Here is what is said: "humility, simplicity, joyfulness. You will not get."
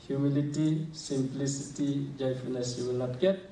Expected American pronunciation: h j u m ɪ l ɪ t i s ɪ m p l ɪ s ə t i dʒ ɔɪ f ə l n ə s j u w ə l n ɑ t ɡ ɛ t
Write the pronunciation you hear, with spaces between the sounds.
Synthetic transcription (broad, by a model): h j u m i l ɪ t i s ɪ m p l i s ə t i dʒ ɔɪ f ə n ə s j u w ə l n ɑ t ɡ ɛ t